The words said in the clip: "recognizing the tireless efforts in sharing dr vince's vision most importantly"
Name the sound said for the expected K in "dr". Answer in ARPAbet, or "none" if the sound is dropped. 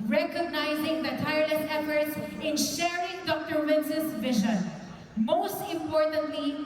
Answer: K